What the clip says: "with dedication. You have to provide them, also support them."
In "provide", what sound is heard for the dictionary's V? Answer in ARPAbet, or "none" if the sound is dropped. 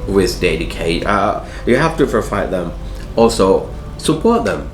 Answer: F